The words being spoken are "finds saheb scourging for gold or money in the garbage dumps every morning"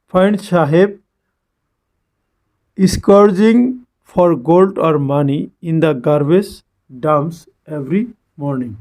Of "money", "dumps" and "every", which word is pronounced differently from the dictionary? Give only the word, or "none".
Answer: dumps